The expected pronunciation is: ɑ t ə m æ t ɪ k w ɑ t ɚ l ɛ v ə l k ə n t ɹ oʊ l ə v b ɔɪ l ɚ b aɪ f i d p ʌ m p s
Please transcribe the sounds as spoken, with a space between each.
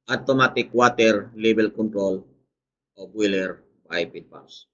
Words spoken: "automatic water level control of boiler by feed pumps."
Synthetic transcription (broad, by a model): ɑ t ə m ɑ t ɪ k w ɑ t ɚ l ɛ b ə l k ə n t ɹ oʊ l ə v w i l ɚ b aɪ p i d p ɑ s